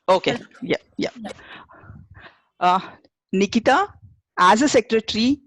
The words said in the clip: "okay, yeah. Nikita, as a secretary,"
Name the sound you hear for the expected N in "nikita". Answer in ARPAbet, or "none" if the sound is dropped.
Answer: N